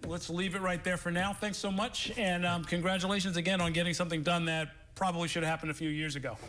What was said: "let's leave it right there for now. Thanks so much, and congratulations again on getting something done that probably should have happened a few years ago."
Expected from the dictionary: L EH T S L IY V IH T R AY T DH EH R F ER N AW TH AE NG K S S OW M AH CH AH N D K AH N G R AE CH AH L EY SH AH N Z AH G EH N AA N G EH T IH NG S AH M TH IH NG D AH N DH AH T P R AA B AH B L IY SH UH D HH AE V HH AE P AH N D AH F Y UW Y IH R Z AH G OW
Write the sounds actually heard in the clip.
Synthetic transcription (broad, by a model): L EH T S L IY V IH T R AY T DH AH R F ER N AW TH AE NG K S S OW M AH CH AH N K AH N G R AE CH AH L EY SH AH N Z AH G EH N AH N G EH T IH NG S AH M TH IH NG D AH N DH AH T P R AA B AH B L IY SH UH D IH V HH AE P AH N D AH F Y UW Y IH R Z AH G OW